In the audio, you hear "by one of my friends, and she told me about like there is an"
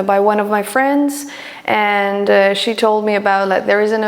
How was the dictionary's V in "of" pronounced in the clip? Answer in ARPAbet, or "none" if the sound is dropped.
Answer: V